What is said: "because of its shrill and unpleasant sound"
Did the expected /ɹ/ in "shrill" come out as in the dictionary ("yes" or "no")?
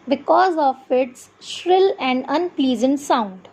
yes